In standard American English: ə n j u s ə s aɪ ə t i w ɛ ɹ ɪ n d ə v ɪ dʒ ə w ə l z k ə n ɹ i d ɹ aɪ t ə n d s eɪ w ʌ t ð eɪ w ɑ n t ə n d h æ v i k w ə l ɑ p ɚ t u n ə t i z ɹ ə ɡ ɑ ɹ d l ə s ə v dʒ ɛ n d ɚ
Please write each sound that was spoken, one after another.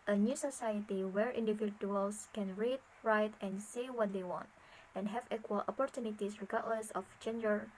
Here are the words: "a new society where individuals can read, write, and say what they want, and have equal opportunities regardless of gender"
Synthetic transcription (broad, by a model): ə n j u s ə s aɪ ə t i w ɛ ɹ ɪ n d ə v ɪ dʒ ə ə l s k ə n ɹ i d ɹ aɪ t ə n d s eɪ w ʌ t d eɪ w ɑ n t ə n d h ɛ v i k w ə l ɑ p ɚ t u n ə t i s ɹ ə ɡ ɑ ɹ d l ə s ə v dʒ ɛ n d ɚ